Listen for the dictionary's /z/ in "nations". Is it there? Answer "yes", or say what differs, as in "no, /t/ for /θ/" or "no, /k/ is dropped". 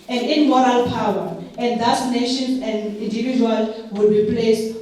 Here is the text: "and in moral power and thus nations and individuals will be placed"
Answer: no, /z/ is dropped